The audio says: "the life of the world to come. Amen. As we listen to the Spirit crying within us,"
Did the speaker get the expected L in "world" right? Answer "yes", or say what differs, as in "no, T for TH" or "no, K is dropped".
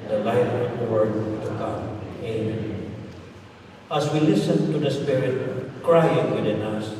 no, L is dropped